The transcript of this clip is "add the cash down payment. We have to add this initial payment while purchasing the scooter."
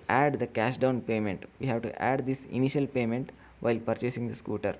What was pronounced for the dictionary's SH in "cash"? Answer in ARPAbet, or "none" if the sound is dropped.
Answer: SH